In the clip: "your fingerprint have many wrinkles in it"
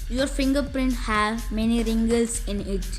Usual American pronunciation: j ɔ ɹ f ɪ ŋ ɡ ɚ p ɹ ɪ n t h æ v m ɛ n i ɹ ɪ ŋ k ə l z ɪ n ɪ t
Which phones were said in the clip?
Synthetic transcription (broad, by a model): j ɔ ɹ f ɪ ŋ ɡ ɚ p ɹ ɪ n t h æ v m ɛ n i ɹ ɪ ŋ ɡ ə l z ɪ n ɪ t